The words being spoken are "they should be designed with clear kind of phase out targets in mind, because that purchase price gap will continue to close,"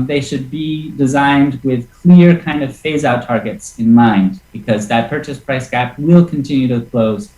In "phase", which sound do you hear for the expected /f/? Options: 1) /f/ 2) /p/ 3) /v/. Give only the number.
1